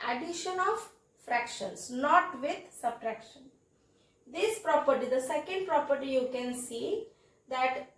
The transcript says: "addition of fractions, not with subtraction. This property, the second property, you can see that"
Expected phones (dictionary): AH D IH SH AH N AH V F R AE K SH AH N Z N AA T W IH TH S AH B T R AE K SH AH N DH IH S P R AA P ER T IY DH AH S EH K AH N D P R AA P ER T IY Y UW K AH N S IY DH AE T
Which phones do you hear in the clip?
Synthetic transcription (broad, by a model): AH D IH SH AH N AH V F R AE K SH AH N S N AA T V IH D S AH B T R AE K SH AH N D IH S P R AA P ER T IY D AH S EH K AH N D P R AA P ER T IY Y UW K AH N S IY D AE T